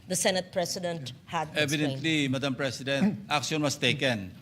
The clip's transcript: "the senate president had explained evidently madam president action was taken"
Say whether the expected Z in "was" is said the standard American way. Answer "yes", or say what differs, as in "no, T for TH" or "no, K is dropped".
no, S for Z